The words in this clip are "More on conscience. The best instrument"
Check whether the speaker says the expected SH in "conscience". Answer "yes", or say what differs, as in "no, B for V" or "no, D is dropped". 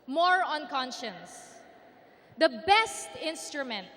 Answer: yes